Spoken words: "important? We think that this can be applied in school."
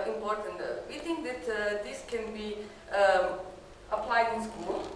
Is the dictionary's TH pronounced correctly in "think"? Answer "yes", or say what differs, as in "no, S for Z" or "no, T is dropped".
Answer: no, T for TH